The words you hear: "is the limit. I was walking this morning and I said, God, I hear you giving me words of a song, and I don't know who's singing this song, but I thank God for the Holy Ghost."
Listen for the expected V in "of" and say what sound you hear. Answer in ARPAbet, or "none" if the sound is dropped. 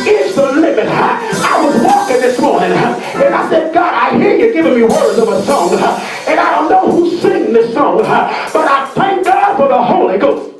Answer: V